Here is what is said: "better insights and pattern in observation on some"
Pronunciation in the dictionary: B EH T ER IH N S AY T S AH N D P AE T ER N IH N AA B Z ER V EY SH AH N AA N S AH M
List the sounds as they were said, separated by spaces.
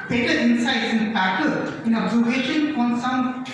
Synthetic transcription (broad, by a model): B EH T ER IH N S AY T S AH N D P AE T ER IH N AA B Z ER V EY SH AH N AA N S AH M